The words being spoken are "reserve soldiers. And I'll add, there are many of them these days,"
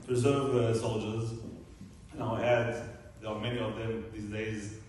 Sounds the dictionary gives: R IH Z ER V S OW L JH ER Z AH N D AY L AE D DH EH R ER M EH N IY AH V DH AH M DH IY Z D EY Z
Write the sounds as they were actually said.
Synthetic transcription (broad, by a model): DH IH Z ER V S OW L JH ER Z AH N AY L AE D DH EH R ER M EH N IY AH V DH AH M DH IY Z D EY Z